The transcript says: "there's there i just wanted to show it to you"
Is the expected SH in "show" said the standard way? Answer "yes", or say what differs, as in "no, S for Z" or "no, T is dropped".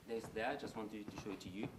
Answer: yes